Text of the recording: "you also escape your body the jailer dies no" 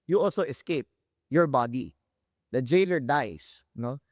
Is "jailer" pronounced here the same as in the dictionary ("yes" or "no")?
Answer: yes